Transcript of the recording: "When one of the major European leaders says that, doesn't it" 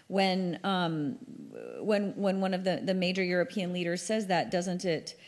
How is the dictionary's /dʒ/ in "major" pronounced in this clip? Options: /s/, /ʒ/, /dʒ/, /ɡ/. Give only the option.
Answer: /dʒ/